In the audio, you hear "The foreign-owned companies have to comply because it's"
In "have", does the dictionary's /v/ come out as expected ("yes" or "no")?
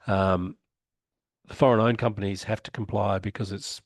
no